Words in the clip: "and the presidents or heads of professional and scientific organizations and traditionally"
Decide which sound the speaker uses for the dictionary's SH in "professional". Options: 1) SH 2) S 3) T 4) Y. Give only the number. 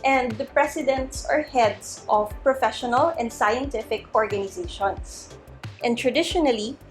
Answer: 1